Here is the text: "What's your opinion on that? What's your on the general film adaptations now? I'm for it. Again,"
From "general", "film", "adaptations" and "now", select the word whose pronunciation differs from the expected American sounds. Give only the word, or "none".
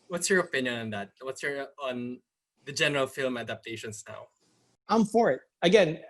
adaptations